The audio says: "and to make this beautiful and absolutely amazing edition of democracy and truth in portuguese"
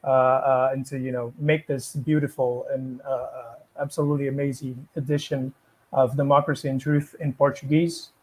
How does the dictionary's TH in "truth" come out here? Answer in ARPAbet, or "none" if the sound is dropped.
TH